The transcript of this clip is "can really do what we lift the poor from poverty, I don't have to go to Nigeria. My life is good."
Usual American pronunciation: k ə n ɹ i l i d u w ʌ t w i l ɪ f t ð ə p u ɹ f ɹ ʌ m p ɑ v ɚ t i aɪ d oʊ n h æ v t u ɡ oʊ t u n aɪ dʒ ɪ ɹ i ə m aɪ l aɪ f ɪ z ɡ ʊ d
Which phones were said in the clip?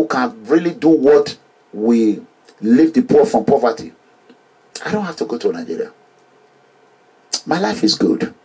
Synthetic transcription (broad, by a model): k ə n ɹ i l i d u w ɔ t w i l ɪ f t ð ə p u f ɹ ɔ m p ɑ v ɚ t i aɪ d oʊ n h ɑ f t u ɡ oʊ t u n aɪ dʒ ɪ ɹ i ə m aɪ l aɪ f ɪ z ɡ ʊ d